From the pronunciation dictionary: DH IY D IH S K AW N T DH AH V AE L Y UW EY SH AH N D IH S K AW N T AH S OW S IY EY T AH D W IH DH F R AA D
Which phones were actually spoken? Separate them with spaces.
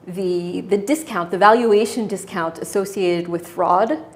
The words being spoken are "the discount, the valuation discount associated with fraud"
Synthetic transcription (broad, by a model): DH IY D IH S K AW N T DH AH V AE L Y UW EY SH AH N D IH S K AW N T AH S OW S IY EY T AH D W IH DH F R AA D